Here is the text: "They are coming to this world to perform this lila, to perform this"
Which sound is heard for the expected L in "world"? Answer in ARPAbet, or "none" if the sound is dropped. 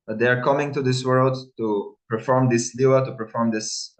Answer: L